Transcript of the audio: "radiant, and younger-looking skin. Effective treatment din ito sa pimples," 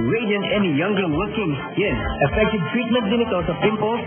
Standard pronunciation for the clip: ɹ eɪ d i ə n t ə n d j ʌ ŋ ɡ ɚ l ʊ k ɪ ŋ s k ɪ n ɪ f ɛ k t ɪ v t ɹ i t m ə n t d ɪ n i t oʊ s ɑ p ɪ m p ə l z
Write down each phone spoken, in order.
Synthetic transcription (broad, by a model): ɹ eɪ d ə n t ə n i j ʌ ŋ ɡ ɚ w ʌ k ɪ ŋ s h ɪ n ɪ f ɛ k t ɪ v t ɹ i t m ə n t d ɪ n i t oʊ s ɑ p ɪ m p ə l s